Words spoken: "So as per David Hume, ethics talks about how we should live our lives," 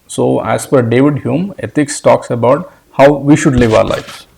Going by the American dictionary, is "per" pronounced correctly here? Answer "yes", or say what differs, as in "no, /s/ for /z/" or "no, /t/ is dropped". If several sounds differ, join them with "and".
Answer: no, /f/ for /p/